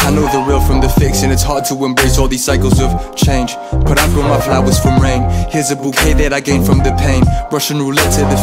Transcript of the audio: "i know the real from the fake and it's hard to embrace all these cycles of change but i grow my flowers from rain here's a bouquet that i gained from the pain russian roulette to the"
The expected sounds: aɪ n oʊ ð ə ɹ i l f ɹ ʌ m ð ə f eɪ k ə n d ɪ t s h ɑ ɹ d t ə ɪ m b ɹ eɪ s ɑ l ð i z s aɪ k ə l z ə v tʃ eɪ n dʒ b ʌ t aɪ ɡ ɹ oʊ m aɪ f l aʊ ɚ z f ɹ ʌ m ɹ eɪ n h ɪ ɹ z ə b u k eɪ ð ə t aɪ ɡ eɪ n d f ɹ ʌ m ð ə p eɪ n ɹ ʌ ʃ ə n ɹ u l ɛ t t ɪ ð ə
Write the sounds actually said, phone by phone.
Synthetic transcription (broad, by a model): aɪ n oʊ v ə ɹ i l f ɹ ʌ m ð ə f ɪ k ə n ɪ t s h ɑ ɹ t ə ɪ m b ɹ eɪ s ɑ l ð i z s aɪ k ə l z ə v tʃ eɪ n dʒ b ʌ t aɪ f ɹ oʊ m aɪ f l aʊ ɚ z f ɹ ʌ m ɹ eɪ n h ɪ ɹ z ə b u k eɪ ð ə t aɪ ɡ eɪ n f ɹ ʌ m ð ə p eɪ n ɹ ʌ ʃ ə n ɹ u l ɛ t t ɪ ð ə